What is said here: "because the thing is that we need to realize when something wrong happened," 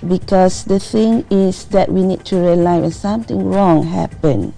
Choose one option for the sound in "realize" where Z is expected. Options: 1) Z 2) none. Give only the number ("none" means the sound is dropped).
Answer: 2